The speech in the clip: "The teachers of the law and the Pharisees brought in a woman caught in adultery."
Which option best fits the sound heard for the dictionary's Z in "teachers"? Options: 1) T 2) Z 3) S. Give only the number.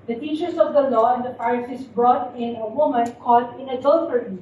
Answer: 3